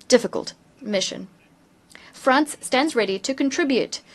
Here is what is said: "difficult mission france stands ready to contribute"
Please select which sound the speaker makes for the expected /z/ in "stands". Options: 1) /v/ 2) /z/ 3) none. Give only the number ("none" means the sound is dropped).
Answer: 2